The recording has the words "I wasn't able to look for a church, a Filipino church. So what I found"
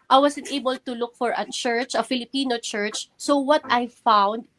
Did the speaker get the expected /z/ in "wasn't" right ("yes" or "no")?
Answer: no